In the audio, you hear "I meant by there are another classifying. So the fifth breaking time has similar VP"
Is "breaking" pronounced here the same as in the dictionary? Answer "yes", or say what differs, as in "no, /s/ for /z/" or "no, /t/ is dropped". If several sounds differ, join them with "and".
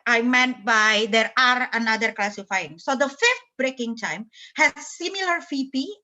yes